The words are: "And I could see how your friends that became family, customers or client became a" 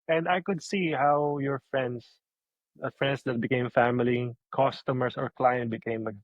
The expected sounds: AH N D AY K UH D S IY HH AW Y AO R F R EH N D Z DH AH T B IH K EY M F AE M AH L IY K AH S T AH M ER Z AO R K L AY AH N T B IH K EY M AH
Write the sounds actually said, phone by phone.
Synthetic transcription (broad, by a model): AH N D AY K UH D S IY HH AW Y AO R F R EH N D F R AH T B IH K EY M F AE M AH L IY K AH S T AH M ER S AO R K L AY AH N T B IH K EY M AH